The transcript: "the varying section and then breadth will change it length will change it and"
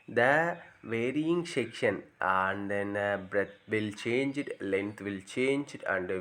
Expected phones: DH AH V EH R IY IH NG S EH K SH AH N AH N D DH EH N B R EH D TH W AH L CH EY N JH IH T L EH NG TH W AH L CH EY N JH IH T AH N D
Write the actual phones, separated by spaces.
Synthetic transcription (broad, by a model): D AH V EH R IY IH NG SH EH K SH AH N AH N D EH N B R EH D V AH L CH EY N JH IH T L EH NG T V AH L CH EY N JH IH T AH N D